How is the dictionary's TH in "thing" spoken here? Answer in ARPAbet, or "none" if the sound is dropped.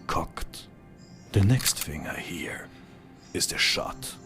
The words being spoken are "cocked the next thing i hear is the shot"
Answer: F